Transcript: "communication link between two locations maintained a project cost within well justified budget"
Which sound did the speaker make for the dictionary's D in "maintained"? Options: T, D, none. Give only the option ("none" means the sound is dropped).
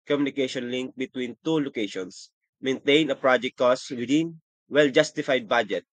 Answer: none